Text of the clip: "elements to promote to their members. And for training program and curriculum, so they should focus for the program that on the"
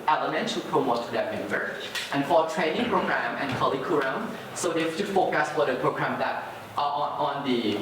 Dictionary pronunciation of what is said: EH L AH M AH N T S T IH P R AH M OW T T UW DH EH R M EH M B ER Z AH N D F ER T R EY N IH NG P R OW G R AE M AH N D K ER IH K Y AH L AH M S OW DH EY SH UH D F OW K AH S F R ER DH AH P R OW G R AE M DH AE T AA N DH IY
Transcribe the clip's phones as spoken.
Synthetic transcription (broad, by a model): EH L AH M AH N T T IH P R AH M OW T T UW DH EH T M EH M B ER AH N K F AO T R EY N IH NG P R OW G R AE M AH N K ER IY K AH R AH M S OW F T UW F OW K AH S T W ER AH P R OW G R AE M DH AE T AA N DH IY